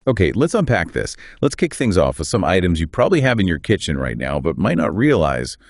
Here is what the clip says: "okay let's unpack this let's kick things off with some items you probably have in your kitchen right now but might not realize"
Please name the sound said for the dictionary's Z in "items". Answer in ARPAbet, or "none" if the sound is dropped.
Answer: Z